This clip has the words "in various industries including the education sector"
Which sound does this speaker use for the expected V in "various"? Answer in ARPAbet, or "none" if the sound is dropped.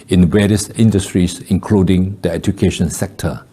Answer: W